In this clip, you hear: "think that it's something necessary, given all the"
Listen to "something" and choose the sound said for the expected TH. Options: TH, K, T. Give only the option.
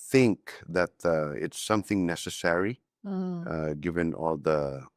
TH